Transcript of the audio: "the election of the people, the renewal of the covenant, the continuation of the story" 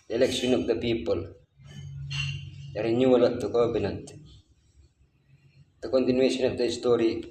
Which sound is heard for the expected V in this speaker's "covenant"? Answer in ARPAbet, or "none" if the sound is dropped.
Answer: B